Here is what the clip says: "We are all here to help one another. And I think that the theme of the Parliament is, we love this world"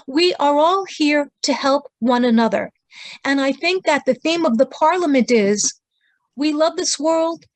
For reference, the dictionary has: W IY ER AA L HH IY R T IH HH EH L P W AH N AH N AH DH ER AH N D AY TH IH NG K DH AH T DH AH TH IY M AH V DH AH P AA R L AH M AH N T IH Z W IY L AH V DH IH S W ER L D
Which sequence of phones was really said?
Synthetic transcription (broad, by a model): W IY ER AA L HH IY R T IH HH EH L P W AH N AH N AH DH ER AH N AY TH IH NG K DH AH T DH AH TH IY M AH V DH AH P AA R L AH M AH N T IH Z W IY L AH V DH IH S W ER L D